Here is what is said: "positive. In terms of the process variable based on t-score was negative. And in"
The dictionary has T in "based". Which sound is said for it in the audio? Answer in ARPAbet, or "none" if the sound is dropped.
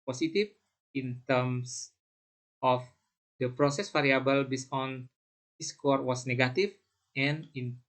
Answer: none